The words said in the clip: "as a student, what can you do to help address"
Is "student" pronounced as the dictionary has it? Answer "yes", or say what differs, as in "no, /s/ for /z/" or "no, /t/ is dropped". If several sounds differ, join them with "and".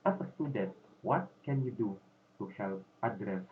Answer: no, /n/ is dropped